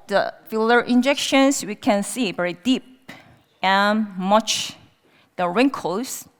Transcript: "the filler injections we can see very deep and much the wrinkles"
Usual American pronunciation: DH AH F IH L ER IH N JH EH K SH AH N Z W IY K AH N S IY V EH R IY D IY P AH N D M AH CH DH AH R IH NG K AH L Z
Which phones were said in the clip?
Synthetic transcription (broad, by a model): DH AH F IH L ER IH N JH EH K SH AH N S W IY K AH N S IY V EH R IY D IY P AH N M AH CH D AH R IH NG K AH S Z